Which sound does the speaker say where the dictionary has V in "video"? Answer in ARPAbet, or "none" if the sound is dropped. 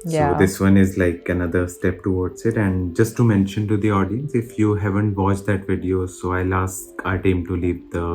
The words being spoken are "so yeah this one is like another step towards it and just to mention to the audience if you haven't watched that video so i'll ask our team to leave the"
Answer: V